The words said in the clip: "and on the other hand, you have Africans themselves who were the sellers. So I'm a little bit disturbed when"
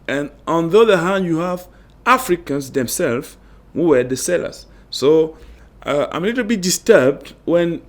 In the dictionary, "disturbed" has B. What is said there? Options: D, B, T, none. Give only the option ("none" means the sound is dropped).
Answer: B